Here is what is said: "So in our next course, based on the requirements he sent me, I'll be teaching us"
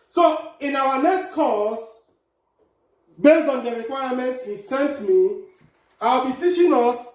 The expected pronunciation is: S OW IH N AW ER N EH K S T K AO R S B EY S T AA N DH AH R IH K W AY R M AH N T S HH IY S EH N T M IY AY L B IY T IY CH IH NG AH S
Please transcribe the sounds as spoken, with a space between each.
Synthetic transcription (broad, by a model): S OW IH N AW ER N EH K S T K AO S B EY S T AA N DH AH R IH K W AY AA M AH N T HH IY S EH N T M IY AY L B IY T IY CH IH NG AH S